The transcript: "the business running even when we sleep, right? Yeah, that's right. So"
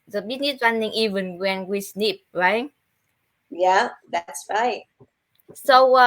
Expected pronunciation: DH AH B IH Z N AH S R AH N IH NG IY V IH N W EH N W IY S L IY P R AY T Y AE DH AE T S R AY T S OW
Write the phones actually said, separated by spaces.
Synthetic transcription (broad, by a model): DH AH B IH N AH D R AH N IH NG IY V IH N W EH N W IY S N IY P R AY T Y AE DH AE T S R AY T S OW